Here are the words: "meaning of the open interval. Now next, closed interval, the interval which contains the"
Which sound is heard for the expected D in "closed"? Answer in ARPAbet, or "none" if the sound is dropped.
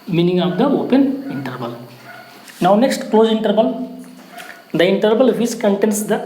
none